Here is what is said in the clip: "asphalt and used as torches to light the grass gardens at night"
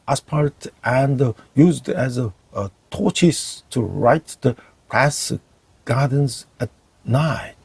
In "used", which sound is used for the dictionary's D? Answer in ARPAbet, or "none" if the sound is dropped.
D